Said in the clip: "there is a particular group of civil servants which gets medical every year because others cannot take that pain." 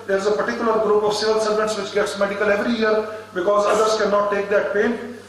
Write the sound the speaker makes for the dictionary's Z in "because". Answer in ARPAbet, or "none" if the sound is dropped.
Z